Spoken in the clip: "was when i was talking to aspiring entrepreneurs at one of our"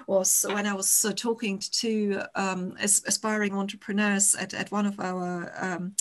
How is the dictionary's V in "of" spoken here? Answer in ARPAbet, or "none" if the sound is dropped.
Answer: V